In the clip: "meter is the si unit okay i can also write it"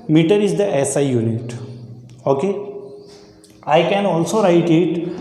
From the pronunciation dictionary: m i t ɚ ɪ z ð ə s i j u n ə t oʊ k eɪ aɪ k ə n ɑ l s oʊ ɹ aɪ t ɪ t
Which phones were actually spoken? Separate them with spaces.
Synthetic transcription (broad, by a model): m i t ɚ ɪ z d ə s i j u n ə t oʊ k eɪ aɪ k ə n ɑ l s oʊ ɹ aɪ t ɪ t